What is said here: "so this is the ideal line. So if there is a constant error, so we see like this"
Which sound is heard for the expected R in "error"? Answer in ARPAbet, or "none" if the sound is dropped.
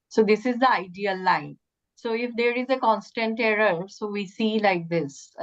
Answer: R